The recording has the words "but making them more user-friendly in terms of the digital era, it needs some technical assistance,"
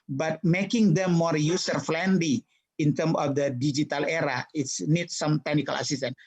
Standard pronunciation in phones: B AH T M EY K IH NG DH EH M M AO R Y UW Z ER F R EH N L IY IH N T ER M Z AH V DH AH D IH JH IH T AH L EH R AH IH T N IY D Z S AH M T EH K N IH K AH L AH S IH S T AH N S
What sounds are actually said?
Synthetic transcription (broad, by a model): B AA T M EY K IH NG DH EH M M AO R Y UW S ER F L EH N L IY IH N T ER M AH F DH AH D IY JH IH T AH L EH R AH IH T N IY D S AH M T EH K N IH K AH L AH S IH S T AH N